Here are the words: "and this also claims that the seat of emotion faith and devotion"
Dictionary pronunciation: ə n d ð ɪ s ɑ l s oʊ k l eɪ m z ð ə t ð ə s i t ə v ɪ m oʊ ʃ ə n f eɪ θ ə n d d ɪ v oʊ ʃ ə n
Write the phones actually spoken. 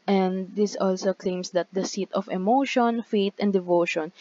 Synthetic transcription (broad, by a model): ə n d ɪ s ɑ l s oʊ k l eɪ m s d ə t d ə s i t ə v ɪ m oʊ ʃ ə n f eɪ t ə n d d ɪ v oʊ ʃ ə n